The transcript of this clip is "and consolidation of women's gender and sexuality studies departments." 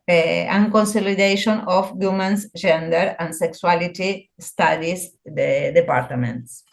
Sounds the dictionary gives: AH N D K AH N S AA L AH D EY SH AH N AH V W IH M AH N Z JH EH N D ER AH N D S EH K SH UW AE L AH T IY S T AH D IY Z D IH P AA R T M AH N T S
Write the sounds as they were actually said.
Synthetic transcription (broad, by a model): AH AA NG K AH N S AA L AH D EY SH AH N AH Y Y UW M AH N S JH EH N D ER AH N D S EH K S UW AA L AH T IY S T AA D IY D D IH P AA R T M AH N T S